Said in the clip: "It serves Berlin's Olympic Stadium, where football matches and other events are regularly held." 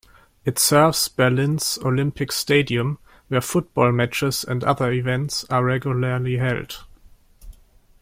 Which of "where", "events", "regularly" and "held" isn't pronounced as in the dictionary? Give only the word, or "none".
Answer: none